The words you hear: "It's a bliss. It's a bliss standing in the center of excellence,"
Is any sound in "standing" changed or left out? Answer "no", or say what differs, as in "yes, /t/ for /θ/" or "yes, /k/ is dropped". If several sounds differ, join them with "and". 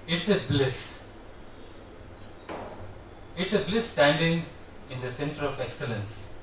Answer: no